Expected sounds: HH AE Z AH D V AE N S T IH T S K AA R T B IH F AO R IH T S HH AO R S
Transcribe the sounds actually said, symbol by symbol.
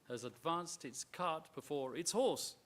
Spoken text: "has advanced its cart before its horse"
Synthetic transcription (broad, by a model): HH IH Z AH D V AE N S T IH T S K AA R T B IH F AO R IH T S HH AO R S